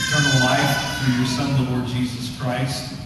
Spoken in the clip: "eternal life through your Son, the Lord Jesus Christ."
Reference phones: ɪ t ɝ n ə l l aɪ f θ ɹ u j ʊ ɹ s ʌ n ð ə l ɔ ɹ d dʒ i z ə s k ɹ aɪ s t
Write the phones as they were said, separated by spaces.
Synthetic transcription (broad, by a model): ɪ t ɝ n l l aɪ f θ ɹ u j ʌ ɹ s ʌ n ð ə l ɔ ɹ d dʒ i z ə s k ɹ aɪ s t